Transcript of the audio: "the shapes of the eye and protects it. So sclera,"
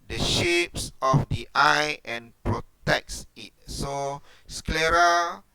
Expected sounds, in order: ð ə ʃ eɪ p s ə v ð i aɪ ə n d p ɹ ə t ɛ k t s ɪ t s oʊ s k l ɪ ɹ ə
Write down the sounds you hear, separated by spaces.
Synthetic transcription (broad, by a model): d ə ʃ eɪ p s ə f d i aɪ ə n p ɹ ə t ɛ k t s ɪ t s oʊ s k l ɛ ɹ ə